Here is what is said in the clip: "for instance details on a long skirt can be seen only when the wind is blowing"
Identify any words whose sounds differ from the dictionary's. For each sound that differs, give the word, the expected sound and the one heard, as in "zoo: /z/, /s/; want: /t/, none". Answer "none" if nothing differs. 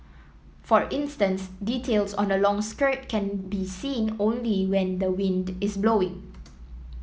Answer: is: /z/, /s/